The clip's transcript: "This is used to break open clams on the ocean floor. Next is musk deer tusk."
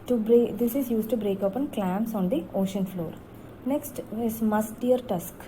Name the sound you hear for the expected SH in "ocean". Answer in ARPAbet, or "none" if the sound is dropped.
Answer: SH